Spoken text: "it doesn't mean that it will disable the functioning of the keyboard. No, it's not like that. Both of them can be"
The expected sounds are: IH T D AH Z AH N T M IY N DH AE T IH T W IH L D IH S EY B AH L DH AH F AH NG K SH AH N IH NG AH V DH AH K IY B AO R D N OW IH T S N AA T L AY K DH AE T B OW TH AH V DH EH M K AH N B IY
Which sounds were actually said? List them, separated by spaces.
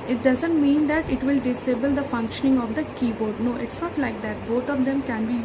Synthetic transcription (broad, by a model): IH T D AH Z AH N T M IY N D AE T IH T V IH L D IH S EY B AH L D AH F AH NG K SH AH N IH NG AH V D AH K IY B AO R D N OW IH T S N AA T L AY K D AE T B OW T AH V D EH M K AH N B IY